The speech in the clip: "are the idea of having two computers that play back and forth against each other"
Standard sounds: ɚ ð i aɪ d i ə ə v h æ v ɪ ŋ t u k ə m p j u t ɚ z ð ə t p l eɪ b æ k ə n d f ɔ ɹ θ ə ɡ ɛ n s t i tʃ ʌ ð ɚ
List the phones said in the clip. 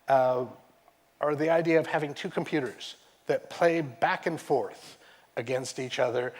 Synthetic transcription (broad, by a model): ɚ ð i aɪ d i ə ə v h æ v ɪ ŋ t u k m p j u t ɚ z ð ə t p l eɪ b æ k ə n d f ɔ ɹ θ ə ɡ ɛ n s t i tʃ ʌ ð ɚ